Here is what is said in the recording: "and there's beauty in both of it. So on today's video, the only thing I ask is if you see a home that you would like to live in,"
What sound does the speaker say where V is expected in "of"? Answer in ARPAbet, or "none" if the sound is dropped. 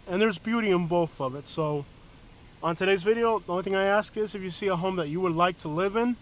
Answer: V